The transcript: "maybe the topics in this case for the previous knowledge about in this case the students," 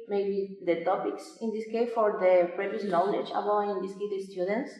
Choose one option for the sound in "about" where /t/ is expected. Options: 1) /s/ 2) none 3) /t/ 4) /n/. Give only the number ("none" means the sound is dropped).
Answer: 2